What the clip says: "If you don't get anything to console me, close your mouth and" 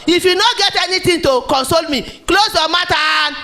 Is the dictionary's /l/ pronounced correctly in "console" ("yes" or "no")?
yes